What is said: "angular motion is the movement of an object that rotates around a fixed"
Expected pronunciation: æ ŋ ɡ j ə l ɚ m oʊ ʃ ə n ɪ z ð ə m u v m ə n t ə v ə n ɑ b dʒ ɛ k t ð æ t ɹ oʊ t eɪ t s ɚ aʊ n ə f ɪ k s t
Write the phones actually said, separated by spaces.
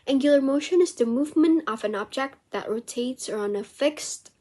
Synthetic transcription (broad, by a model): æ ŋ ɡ j l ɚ m oʊ ʃ ə n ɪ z ð ə m u v m ə n t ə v ə n ɑ b dʒ ɛ k t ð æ t ɹ oʊ t eɪ t s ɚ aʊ n ə f ɪ k s t